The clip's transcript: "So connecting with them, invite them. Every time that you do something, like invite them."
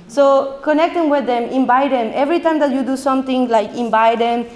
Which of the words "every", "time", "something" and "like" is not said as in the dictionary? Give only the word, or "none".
something